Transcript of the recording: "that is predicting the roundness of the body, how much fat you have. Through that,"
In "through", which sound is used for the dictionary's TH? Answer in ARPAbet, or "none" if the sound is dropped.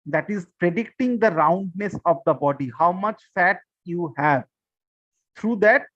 T